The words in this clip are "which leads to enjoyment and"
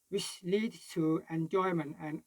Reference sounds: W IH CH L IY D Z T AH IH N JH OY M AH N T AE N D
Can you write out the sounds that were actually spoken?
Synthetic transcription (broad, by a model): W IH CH L IY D T AH IH N JH OY M AH N T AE N